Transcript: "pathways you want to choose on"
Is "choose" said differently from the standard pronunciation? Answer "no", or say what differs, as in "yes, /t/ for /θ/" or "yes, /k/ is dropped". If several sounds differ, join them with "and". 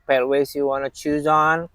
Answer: no